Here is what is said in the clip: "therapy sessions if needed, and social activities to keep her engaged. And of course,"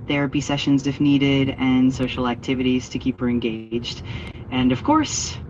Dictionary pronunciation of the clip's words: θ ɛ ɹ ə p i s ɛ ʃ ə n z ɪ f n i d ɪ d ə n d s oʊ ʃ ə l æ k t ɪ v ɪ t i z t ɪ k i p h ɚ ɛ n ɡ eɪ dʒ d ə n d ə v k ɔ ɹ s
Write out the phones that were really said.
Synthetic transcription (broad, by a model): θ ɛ ɹ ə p i s ɛ ʃ ə n z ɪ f n i d ɪ d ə n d s oʊ ʃ l æ k t ɪ v ɪ t i z t ɪ k i p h ɚ ɛ n ɡ eɪ dʒ d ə n ə v k ɔ ɹ s